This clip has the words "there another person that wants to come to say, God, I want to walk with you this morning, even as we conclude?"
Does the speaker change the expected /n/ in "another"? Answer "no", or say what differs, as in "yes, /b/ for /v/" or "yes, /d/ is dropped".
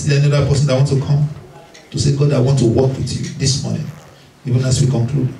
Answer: yes, /n/ is dropped